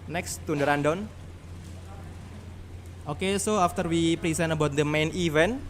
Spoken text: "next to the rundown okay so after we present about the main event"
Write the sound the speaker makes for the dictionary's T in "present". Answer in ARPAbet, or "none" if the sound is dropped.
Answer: none